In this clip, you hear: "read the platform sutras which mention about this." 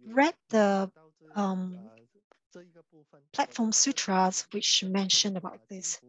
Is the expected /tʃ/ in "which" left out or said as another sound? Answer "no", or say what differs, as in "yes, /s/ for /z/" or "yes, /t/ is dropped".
no